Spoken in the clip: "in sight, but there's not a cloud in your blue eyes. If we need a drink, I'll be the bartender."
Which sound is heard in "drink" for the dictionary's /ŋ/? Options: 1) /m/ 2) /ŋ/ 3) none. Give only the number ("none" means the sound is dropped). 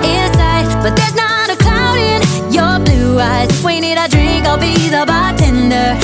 2